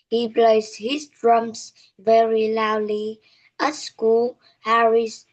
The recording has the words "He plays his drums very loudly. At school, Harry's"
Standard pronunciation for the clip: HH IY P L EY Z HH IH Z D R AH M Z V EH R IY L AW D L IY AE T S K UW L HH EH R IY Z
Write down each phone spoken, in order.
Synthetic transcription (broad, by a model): HH IY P L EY S HH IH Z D R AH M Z V EH R IY L AW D L IY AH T S K UW L HH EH R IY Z